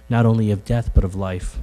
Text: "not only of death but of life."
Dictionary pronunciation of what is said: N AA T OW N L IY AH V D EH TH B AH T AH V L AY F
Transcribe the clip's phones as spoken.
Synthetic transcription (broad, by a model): N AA T OW N L IY AH V D EH TH B AH T AH V L AY F